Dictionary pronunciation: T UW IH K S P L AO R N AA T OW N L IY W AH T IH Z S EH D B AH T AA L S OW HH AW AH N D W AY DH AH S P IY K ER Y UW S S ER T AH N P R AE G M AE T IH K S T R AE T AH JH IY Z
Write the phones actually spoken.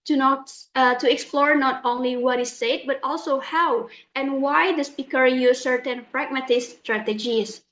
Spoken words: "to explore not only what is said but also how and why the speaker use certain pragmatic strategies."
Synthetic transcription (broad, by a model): T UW IH K S P L AO R N AA T OW N L IY W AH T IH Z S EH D B AH T AA L S OW HH AW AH N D W AY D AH S P IY K ER Y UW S S ER T AH N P R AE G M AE T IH S T R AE T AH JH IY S